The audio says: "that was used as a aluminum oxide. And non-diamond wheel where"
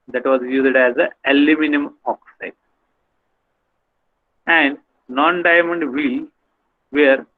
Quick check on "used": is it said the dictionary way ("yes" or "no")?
yes